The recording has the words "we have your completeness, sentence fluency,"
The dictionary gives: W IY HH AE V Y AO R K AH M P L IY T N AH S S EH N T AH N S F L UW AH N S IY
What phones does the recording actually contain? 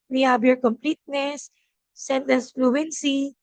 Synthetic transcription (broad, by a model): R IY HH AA B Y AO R K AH M P L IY T N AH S S EH N T AH N S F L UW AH N S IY